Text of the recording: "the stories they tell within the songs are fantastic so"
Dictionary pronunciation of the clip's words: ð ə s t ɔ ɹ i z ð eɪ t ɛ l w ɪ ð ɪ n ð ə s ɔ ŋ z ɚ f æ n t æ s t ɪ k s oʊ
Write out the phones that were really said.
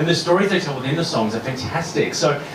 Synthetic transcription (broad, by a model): ð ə s t ɔ ɹ i z ð eɪ t ɛ l w ɪ ð ɪ n ð ə s ɔ ŋ z ɚ f æ n t æ s t ɪ k s oʊ